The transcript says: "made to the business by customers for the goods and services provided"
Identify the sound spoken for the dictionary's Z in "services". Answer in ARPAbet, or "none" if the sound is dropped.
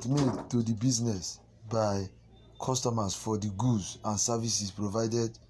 S